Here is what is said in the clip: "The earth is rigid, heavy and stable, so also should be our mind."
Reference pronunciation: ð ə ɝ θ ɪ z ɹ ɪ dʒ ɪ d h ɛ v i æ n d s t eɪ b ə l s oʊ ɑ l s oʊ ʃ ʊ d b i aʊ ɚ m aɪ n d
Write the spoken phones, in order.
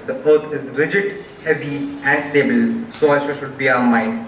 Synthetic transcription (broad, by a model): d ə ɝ t ɪ z ɹ ɪ dʒ ɪ d h ɛ v i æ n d s t eɪ b ə l s oʊ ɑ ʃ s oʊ ʃ ʊ d b i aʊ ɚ m aɪ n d